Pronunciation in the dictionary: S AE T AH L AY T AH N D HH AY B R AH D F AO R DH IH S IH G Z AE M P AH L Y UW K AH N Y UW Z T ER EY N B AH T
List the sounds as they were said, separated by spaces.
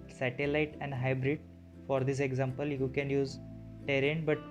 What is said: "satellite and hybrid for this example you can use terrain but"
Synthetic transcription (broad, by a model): S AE T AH L AY T AH N D HH AY B R AH D F AO R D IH S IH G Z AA M P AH L Y UW K AH N Y UW Z T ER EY N B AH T